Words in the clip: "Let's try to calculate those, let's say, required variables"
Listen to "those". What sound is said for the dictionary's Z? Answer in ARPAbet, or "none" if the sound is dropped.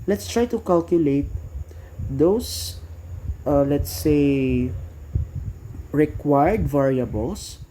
S